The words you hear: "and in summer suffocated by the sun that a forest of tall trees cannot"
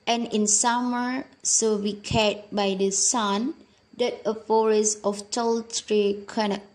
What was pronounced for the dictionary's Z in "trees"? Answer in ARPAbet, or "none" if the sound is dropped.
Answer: none